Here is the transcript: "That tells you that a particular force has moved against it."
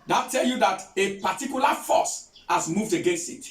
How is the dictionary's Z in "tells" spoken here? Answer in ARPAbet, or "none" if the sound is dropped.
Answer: none